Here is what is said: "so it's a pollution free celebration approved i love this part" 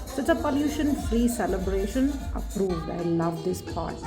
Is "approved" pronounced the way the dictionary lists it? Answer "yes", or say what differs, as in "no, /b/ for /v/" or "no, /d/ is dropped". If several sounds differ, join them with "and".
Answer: yes